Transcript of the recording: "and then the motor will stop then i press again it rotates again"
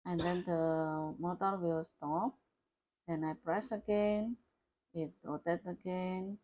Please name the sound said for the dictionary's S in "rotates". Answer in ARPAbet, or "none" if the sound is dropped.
none